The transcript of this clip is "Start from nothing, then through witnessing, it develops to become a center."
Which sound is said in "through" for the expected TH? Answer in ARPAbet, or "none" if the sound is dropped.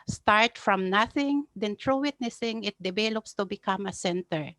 T